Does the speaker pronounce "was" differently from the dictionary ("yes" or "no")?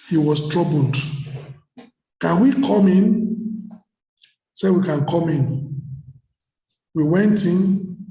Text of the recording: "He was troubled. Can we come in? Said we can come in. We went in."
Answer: yes